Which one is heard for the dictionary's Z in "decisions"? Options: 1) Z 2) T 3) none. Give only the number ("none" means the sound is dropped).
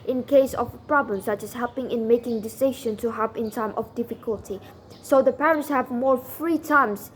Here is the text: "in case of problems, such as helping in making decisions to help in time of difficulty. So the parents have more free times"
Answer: 3